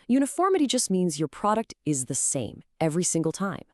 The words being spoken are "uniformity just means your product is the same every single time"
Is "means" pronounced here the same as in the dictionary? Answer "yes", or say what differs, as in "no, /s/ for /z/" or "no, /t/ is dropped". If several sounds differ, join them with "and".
yes